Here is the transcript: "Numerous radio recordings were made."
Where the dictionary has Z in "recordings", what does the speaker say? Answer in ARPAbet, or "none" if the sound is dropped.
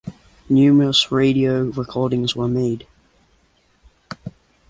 Z